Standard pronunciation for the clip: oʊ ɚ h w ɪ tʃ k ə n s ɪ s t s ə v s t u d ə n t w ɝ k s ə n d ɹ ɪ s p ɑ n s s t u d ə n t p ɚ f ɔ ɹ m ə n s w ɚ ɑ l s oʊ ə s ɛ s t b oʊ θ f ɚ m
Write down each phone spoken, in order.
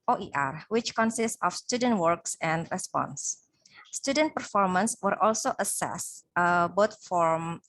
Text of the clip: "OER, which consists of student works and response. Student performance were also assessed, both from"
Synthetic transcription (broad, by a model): oʊ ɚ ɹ w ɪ tʃ k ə n s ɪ s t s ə f s t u d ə n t w ɝ k s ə n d ɹ ɪ s p ɑ n s s t u d ə n t p ɚ f ɔ ɹ m ə n s w ɚ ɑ l s oʊ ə s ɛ s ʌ b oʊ t f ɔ m